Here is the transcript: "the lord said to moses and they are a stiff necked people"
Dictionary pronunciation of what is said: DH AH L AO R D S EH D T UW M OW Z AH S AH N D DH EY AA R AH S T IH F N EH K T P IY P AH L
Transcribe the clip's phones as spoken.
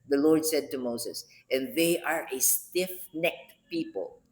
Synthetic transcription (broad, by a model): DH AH L AO R D S EH D T UW M OW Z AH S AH N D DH EY AA R AH S T IH F N EH K T P IY P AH L